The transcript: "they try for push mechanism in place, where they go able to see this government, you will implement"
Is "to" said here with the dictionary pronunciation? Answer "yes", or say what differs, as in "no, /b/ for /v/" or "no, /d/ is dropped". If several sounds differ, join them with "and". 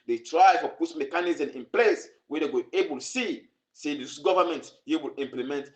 no, /s/ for /t/